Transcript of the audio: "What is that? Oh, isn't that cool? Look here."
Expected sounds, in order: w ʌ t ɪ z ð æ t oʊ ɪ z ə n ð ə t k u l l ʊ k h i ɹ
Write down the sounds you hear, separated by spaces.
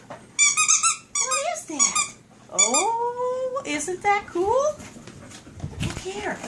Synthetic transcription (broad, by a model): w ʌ ɪ z ð æ t oʊ ɪ z ə n ð ə t k u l l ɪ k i ɹ